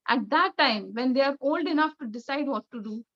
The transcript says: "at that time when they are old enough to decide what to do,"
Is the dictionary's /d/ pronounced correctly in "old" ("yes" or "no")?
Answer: yes